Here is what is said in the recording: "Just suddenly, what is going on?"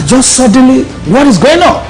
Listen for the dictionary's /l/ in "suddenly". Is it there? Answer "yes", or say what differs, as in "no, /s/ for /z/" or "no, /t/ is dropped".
yes